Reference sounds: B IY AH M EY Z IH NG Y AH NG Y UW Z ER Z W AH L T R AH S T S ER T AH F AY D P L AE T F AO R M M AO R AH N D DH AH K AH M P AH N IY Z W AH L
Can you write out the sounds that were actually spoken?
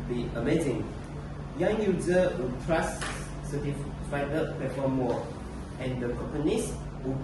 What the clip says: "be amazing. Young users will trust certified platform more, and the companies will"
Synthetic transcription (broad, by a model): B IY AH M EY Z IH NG Y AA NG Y UW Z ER W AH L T R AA S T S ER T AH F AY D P EH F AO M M AO AH N D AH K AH M P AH N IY S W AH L